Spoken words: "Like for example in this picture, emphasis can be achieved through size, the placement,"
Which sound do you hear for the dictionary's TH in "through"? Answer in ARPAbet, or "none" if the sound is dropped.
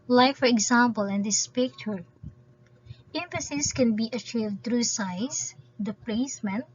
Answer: T